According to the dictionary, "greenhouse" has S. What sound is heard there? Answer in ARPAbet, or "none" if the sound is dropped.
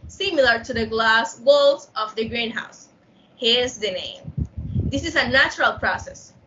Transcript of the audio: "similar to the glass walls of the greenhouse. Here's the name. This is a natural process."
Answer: S